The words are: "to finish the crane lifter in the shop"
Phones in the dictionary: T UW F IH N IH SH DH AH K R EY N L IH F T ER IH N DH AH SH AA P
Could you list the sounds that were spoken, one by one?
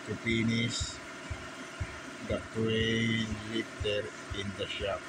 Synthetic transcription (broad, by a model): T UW P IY N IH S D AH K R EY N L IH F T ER IH N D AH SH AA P